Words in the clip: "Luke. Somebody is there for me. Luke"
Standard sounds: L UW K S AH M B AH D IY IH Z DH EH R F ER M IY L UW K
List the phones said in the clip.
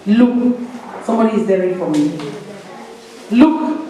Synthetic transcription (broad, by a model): L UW K S AH M B AH D IY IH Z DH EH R F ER M IY L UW K